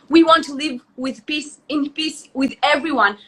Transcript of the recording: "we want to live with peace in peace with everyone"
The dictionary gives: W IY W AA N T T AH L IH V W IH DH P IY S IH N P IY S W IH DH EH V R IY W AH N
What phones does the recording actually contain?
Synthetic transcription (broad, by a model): W IY W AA N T T AH L IH V W IH DH P IY S IH N P IY S W IH DH EH V R IY W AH N